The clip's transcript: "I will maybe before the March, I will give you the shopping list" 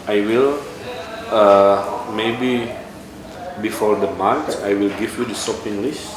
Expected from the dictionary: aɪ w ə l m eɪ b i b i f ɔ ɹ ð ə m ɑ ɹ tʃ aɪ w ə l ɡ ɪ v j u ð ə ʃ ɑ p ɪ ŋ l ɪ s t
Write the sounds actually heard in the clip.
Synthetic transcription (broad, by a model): aɪ w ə l m eɪ b i b i f ɔ ɹ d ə m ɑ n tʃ aɪ w ə l ɡ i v j u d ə s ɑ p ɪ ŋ l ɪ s